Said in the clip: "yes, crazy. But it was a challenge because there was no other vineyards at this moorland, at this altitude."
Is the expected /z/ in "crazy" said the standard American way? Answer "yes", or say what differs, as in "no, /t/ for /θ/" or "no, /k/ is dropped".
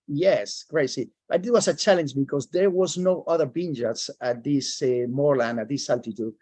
no, /s/ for /z/